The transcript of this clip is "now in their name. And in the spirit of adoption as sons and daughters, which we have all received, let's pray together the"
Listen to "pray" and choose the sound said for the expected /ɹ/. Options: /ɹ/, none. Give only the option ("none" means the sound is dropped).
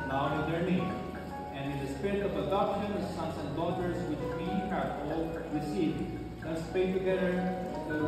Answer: none